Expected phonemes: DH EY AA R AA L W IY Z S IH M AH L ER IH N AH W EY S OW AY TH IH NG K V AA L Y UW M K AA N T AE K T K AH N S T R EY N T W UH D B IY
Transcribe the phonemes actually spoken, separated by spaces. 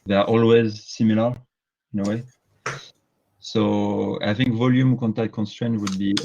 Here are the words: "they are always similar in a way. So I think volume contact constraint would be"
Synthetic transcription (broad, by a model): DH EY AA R AA L W IY Z S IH M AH L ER IH N AH W EY S OW AY TH IH NG K V AA L Y UW M K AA N T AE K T K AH N S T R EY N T W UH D B IY